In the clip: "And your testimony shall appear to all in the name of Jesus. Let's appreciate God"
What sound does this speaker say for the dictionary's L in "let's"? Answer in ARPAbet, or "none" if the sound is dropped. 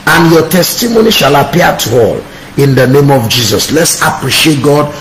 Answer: L